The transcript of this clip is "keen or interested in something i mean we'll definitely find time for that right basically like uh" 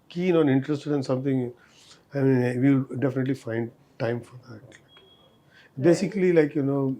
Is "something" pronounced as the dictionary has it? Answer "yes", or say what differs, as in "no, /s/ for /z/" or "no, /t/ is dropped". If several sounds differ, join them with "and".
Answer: no, /t/ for /θ/